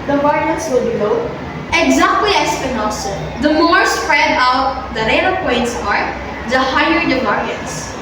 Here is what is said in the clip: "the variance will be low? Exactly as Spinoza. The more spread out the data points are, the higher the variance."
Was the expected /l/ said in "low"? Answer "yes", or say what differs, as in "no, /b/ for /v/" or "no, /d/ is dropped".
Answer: no, /n/ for /l/